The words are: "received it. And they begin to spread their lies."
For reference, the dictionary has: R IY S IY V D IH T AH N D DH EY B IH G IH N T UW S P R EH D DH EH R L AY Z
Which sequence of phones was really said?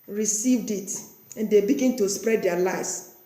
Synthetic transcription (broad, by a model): R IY S IY V D IH T AH N D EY B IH G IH N T UW S P R EH D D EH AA L AY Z